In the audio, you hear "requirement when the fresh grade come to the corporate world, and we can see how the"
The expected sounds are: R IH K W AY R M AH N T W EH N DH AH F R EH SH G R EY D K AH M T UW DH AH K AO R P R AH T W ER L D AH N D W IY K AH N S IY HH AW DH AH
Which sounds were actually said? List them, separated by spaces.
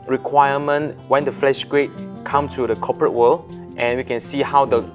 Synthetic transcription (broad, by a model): R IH K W AY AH M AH N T W EH N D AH F L EH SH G R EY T K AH M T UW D AH K AO P R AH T W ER L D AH N W IY K AH N S IY HH AW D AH